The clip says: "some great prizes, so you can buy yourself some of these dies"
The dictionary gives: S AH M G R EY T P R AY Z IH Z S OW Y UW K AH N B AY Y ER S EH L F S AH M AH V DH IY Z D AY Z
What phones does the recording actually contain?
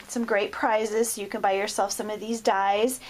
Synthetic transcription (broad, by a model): S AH M G R EY T P R AY Z IH Z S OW Y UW K AH N B AY Y ER S EH L F S AH M AH V DH IY Z D AY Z